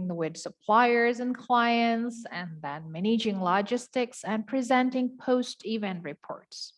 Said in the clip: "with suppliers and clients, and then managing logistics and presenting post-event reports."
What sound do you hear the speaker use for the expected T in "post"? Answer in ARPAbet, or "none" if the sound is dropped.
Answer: T